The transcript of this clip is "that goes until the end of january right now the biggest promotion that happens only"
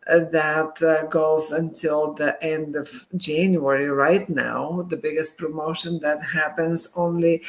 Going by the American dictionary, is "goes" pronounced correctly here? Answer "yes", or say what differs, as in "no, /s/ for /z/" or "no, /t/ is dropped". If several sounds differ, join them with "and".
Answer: yes